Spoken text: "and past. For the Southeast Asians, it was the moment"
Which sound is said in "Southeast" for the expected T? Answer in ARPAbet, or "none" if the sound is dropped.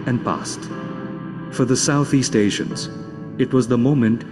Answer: T